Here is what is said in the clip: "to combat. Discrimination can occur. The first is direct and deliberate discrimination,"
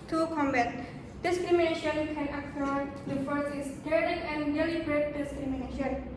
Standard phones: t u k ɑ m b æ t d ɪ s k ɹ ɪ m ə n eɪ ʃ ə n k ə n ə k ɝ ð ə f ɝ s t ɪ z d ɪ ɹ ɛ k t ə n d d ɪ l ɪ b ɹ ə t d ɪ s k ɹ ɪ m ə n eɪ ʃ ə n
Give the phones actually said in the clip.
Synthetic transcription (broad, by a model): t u k ɑ m b æ t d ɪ s k ɹ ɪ m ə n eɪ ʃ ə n k ə n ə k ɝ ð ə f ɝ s ɪ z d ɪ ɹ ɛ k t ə n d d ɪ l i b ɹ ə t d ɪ s k ɹ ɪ m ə n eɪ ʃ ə n